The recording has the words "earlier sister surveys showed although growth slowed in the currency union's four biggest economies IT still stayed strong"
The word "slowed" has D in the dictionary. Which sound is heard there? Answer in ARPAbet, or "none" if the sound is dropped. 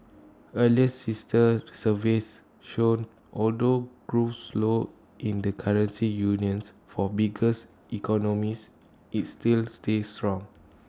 none